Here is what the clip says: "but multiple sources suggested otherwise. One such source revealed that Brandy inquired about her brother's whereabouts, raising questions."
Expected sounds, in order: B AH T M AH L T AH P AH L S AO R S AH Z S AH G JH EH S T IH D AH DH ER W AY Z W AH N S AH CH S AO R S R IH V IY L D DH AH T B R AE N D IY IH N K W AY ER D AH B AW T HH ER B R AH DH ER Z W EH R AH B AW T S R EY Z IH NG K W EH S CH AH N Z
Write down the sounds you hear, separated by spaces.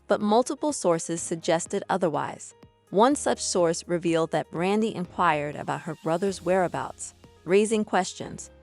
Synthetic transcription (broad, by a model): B AH T M AH L T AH P L S AO R S AH Z S AH G JH EH S T IH D AH DH ER W AY Z W AH N S AH CH S AO R S R IH V IY L D DH AH T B R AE N D IY IH N K W AY ER D AH B AW T HH ER B R AH DH ER Z W EH R AH B AW T S R EY Z IH NG K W EH S CH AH N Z